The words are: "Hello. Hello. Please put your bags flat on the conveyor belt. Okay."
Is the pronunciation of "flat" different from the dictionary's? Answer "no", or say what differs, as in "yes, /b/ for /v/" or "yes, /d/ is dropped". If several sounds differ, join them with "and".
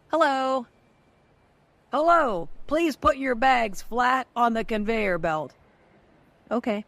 no